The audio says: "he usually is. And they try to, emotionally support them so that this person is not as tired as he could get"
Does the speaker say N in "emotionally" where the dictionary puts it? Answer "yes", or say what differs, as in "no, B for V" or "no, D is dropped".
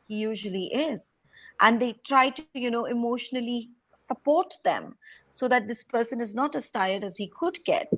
yes